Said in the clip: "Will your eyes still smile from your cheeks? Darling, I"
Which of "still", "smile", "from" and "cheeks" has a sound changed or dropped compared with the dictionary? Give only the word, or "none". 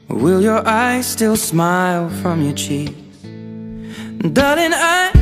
cheeks